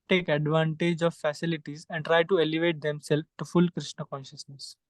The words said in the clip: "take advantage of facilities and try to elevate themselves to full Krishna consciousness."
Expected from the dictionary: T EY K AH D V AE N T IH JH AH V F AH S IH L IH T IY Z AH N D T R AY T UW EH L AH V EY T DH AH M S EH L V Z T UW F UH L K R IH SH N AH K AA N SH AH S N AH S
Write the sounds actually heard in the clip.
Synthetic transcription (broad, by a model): T EY K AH D V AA N T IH JH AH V F AH S IH L IH T IY Z AH N D T R AY T UW EH L AH V EY T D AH M S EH L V T UW F UH L K R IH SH N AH K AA N SH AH S N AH S